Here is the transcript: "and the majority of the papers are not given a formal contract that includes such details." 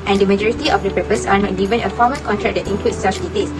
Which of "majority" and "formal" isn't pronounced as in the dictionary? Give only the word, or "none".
formal